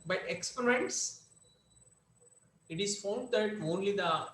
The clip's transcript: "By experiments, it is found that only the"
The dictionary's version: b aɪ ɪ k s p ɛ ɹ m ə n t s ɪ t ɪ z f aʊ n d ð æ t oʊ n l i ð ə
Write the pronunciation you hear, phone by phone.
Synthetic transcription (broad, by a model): b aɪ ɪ k s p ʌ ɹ ə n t s ɪ t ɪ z f aʊ n d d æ t oʊ n l i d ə